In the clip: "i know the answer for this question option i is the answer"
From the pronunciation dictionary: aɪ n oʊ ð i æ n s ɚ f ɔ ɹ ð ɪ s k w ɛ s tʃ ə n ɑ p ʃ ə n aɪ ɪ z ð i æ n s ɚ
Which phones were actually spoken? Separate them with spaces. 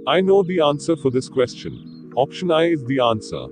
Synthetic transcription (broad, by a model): aɪ n oʊ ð i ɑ n s ɚ f ɔ ɹ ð ɪ s k w ɛ s tʃ ə n ɑ p ʃ ə n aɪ ɪ z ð i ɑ n s ɚ